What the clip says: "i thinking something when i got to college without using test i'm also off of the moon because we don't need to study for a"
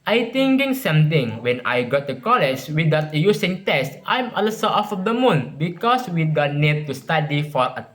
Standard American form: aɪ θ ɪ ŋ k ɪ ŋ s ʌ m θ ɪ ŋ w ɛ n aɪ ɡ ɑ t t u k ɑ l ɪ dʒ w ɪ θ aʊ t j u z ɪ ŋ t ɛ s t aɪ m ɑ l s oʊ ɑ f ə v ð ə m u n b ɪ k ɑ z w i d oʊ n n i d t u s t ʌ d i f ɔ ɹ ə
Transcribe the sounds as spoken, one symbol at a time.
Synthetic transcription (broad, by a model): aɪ t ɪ ŋ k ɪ ŋ s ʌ m t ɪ ŋ w ɛ n aɪ ɡ ɑ t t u k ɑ l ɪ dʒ w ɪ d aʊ t j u s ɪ ŋ t ɛ s t aɪ m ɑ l s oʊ ɑ f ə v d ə m u n b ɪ k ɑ s w i d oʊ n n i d t u s t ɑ d i f ɔ ɹ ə